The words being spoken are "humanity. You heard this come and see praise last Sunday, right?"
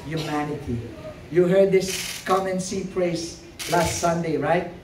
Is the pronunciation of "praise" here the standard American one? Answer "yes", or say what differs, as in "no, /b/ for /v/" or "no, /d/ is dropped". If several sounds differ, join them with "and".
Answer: no, /s/ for /z/